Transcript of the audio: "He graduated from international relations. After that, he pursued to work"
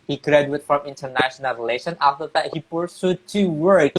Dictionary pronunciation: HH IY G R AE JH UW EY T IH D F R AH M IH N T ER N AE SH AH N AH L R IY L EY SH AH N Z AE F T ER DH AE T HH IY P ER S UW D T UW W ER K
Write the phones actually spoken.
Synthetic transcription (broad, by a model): HH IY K R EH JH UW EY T F R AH M IH N T ER N AE SH AH N AH L R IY L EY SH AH N AE F T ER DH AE T HH IY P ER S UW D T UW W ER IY